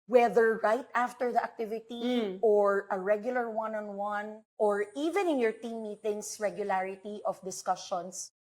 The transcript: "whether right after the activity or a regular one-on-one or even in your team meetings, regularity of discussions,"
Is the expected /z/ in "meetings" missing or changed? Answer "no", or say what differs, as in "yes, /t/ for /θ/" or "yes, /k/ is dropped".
yes, /s/ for /z/